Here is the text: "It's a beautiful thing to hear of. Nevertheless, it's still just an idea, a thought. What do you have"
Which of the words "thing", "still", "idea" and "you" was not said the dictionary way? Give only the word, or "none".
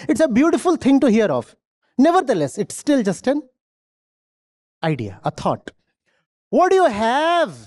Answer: thing